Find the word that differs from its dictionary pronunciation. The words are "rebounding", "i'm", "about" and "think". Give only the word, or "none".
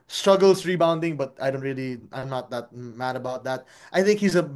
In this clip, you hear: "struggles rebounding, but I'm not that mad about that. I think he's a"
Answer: none